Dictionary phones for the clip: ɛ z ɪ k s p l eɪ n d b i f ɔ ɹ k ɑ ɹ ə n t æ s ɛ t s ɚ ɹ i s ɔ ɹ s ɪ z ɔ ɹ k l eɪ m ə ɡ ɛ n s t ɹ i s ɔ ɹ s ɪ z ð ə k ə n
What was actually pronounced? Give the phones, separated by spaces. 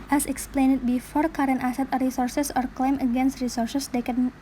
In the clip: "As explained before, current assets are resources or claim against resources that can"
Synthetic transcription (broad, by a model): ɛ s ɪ k s p l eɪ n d b i f ɔ ɹ k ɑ ɹ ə n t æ s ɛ t ɚ ɹ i s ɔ ɹ s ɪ s ɔ ɹ k l eɪ m ə ɡ ɛ n s t ɹ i s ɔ ɹ s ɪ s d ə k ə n